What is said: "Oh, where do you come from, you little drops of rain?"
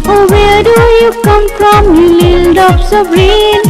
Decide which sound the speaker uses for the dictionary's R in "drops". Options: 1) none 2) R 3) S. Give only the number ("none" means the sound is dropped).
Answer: 1